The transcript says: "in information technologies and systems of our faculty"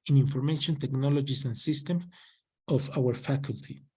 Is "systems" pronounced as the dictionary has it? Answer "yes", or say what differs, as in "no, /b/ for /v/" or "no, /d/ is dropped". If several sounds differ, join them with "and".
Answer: no, /z/ is dropped